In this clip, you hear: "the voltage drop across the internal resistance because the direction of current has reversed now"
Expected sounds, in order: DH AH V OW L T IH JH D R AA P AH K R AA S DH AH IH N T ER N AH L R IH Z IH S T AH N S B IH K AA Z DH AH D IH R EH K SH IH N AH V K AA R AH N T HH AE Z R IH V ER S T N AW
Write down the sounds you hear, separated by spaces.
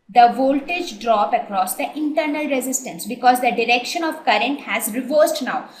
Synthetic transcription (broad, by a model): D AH V OW L T IH JH D R AA P AH K R AA S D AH IH N T ER N AH L R IH Z IH S T AH N S B IH K AA Z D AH D IH R EH K SH IH N AH V K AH R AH N T HH AE Z R IH V ER S T N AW